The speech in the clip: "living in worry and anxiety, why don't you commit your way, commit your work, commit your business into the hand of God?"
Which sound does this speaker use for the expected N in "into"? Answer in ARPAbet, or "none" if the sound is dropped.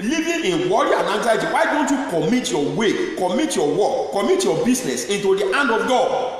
N